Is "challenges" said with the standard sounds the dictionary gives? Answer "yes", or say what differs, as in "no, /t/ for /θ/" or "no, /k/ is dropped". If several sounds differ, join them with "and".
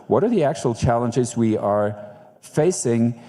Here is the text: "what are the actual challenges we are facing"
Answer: yes